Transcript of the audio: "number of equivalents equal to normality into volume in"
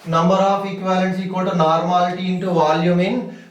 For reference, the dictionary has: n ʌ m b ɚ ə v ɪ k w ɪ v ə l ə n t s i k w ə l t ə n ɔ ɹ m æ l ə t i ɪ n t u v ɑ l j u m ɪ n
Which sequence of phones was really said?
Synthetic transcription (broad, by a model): n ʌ m b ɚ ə p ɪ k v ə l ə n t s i k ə t ə n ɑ ɹ m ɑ l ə t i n t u v ɑ l j u m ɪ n